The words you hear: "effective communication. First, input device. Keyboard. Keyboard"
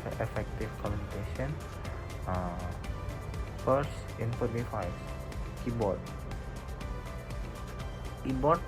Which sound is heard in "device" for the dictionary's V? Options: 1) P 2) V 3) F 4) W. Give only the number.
3